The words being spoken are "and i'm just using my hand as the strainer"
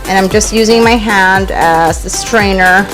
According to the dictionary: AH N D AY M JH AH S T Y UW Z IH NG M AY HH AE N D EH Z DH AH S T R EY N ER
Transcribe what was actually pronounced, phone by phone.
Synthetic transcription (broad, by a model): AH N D AY M JH AH S T Y UW Z IH NG M AY HH AE N D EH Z DH AH S T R EY N ER